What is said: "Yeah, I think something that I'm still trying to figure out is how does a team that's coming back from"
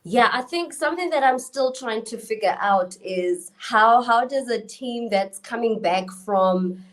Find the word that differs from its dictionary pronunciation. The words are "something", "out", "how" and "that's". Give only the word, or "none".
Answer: none